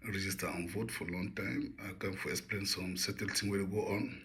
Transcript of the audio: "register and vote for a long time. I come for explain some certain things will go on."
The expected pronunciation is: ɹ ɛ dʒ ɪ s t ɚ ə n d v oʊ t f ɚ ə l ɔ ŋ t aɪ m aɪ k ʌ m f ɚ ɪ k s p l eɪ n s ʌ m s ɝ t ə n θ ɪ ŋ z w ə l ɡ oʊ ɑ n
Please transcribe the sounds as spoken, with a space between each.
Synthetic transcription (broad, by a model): ɹ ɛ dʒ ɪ s t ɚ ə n v oʊ t f ə l ɔ ŋ t aɪ m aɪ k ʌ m f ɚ ɪ k s p l eɪ n s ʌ m s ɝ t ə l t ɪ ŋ w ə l ɡ oʊ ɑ n